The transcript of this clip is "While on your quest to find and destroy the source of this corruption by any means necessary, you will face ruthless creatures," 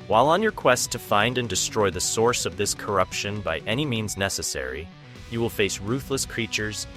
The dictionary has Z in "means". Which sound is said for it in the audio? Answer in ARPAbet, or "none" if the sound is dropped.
Z